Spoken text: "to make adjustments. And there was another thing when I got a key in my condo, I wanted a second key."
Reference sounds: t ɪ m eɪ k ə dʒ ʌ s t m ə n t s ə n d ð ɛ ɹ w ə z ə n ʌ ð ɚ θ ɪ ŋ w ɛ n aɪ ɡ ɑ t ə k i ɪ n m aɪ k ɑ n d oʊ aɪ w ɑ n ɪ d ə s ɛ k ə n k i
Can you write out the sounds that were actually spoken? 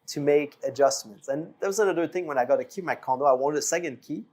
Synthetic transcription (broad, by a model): t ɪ m eɪ k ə dʒ ʌ s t m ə n t s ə n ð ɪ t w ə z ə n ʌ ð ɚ θ ɪ ŋ w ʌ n aɪ ɡ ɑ t ə k i m aɪ k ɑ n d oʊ aɪ w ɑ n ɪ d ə s ɛ k ə n k i